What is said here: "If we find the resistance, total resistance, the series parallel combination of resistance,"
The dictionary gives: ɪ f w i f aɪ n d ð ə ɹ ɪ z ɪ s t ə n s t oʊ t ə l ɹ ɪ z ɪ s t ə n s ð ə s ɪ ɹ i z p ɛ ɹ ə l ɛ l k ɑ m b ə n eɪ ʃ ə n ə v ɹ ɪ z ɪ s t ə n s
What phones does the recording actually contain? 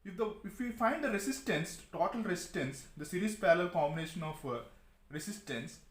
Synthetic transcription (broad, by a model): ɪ f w i f aɪ n d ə ɹ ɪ s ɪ s t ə n s t oʊ t ə l ɹ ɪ s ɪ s t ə n s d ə s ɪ ɹ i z p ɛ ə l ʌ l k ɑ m ə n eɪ ʃ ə n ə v ɹ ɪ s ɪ s t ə n s